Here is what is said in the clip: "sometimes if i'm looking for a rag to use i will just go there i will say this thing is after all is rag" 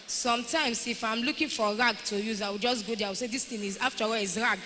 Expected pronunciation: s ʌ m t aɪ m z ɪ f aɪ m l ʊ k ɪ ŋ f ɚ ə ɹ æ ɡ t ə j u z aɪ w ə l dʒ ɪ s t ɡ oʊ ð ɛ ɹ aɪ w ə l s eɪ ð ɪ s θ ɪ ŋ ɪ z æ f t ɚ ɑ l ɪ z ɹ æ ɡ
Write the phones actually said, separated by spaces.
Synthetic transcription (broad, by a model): s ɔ m t aɪ m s ɪ f aɪ m l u k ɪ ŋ f ə ɹ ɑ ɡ t ə j u z aɪ w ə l dʒ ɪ s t ɡ oʊ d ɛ aɪ w ə l s eɪ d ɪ s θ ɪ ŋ ɪ z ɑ f t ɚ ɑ w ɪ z ɹ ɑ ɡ